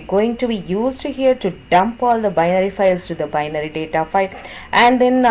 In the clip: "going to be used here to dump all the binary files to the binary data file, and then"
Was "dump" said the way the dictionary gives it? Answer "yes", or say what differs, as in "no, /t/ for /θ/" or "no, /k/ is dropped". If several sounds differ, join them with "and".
yes